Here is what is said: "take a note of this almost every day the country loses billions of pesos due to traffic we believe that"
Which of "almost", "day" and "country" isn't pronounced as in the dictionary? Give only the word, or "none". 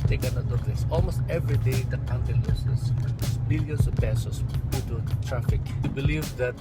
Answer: country